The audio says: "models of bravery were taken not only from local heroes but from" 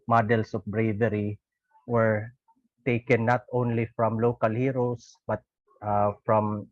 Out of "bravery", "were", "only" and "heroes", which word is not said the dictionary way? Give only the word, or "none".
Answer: heroes